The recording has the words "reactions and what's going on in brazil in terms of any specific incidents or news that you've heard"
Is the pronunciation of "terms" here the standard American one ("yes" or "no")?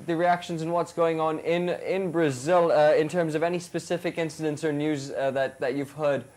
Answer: yes